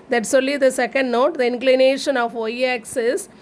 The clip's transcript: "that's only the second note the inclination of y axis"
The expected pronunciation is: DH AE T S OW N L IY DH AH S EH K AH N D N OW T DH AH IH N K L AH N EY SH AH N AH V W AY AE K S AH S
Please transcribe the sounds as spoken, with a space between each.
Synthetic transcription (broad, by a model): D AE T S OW L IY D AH S EH K AH N D N OW T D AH IH N K L AH N EY SH AH N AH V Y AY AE K S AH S